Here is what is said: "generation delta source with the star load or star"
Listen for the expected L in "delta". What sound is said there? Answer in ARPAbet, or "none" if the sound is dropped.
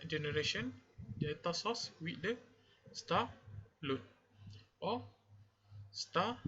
none